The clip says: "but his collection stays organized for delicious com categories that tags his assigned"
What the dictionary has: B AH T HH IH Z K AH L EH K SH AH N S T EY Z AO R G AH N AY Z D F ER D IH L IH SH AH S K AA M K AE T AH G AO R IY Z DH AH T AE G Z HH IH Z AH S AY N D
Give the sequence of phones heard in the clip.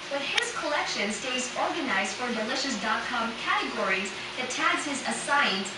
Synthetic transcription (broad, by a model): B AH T HH IH Z K AH L EH K SH AH N S T EY Z AO R G AH N AY Z D F ER D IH L IH SH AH S K AA M K AE T AH G AO R IY Z DH AH T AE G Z HH IH Z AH S AY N